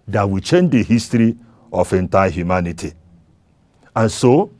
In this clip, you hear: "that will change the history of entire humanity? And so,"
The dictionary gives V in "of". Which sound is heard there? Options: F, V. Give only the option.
F